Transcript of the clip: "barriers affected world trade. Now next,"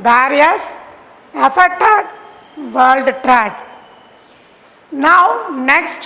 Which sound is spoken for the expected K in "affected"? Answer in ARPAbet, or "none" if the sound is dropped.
none